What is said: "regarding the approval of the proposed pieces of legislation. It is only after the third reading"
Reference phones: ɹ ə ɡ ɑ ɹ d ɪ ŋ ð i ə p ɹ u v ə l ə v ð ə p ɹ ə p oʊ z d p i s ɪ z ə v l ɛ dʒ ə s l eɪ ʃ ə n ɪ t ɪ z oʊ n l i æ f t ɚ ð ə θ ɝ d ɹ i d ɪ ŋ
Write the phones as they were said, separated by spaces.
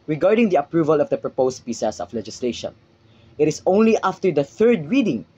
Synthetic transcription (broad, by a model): ɹ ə ɡ ɑ ɹ d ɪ ŋ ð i ə p ɹ u v ə l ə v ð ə p ɹ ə p oʊ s p i s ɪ s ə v l ɛ dʒ ə s l eɪ ʃ ə n ɪ t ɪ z oʊ n l i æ f t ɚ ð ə θ ɝ d ɹ i d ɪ ŋ